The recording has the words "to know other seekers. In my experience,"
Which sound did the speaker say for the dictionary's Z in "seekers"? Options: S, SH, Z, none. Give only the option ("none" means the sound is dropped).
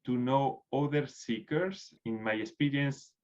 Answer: S